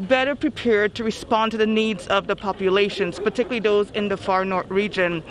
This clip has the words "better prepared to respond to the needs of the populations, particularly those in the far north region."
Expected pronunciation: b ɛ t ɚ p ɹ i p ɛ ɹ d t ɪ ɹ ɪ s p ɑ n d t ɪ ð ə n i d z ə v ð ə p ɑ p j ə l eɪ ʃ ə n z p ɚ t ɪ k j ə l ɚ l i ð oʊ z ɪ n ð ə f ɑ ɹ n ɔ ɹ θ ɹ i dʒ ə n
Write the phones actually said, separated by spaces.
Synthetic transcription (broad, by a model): b ɛ t ɚ p ɹ i p ɛ ɹ d t ɪ ɹ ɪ s p ɑ n t ɪ ð ə n i d z ə v ð ə p ɑ p j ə l eɪ ʃ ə n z p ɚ t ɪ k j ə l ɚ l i ð oʊ z ɪ n ð ə f ɑ ɹ n ɔ ɹ θ ɹ i dʒ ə n